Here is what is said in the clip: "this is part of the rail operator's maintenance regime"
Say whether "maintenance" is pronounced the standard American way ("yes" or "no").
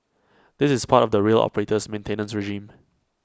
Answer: yes